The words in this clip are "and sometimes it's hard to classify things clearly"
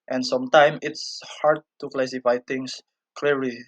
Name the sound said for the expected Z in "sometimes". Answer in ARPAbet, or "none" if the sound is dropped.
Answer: none